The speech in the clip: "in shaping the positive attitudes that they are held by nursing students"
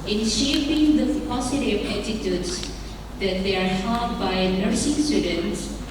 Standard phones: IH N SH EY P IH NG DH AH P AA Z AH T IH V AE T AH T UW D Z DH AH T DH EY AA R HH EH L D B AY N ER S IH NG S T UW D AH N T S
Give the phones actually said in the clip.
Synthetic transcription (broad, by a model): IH N SH EY P IH NG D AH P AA S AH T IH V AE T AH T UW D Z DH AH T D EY AA R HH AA D B AY N ER S IH NG S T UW D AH N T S